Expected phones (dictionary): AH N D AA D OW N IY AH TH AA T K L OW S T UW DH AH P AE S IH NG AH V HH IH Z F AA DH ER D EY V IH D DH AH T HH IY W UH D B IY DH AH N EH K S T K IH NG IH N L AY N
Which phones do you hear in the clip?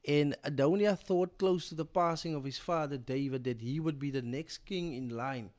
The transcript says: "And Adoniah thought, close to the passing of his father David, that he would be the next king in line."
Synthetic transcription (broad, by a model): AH N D AA D OW N IY AH TH AA T K L OW S T UW DH AH P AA S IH NG AH V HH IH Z F AA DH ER D EY V IH D DH AH T HH IY W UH D B IY DH AH N EH K S T K IH NG IH N L AY N